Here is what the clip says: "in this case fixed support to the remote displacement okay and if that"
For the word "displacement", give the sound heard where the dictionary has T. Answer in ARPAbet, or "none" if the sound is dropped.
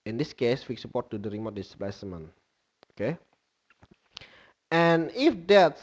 none